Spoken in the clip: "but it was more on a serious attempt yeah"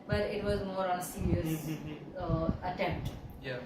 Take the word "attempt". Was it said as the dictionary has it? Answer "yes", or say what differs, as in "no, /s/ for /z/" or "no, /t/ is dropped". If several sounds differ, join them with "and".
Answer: yes